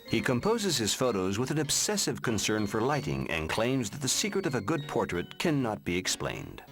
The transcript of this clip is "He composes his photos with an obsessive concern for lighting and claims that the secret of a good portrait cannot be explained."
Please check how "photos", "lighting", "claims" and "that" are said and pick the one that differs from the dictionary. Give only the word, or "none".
none